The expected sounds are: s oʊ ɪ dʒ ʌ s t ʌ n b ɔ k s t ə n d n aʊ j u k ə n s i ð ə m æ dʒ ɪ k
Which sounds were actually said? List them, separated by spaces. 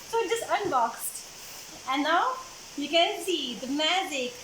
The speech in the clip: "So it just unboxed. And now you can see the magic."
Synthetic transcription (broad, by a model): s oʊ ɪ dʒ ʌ s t ʌ n b ɔ k s t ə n n aʊ j u k ə n s i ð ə m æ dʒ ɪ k